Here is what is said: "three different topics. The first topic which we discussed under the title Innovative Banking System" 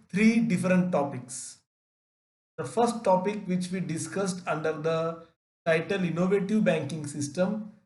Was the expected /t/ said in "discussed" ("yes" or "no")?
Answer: yes